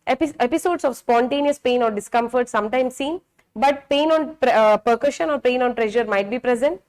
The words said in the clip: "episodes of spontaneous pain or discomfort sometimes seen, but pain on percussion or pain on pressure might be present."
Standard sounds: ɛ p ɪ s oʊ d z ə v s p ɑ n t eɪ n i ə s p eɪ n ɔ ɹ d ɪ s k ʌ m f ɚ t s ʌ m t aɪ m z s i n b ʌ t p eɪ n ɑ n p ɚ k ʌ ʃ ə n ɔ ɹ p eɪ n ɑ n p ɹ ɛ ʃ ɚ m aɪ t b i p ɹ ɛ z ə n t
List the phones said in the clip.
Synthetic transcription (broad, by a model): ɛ p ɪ s oʊ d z ə v s p ɑ n t eɪ n i ə s p eɪ n ɔ ɹ d ɪ s k ʌ m f ɚ t s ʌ m t aɪ m s i n b ʌ t p eɪ n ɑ n p ɚ k ʌ ʃ ə n ɔ ɹ p eɪ n ɑ n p ɹ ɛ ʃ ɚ m aɪ t b i p ɹ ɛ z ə n t